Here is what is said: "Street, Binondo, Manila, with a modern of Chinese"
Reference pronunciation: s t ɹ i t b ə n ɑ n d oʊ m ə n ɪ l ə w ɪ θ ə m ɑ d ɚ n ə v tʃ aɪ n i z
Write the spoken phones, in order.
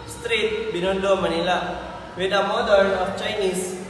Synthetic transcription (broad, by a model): s t ɹ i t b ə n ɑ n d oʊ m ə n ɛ l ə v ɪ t ə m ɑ d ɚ ə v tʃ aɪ n i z